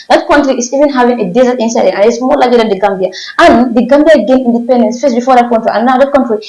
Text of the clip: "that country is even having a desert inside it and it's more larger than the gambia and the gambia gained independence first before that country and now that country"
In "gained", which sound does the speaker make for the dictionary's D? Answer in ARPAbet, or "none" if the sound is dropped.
none